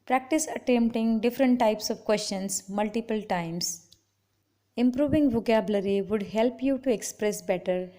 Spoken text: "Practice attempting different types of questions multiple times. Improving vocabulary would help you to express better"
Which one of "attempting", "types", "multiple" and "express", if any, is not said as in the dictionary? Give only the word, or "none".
none